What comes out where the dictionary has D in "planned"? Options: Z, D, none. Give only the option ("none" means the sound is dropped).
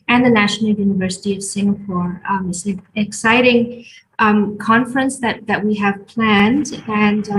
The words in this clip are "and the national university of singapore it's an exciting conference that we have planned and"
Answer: D